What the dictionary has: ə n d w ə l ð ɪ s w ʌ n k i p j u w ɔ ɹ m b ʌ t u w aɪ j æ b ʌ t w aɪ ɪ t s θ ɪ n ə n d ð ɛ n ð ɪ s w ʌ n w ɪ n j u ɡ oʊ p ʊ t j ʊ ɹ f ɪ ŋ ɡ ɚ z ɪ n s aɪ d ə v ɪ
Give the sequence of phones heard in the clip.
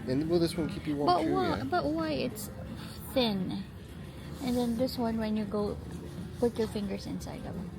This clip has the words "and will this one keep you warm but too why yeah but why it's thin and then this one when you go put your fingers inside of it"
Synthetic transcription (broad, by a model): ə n w ə l ð ɪ s w ʌ n k i p j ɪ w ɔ b ʌ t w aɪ b ʌ t w aɪ ɪ t s θ ɪ n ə n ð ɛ n ð ɪ s w ʌ n w ɪ n j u ɡ oʊ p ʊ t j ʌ ɹ f ɪ ŋ ɡ ɚ z ɪ n s aɪ d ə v